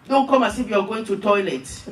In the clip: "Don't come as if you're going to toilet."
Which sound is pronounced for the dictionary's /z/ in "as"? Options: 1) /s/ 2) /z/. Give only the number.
1